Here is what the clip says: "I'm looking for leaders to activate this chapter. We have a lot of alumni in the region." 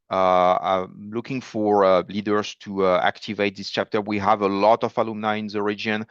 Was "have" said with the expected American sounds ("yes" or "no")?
yes